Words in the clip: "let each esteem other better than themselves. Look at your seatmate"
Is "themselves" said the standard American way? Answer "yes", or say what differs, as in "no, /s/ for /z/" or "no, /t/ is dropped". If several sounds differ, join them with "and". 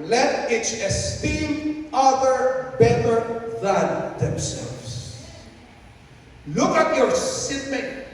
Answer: no, /s/ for /z/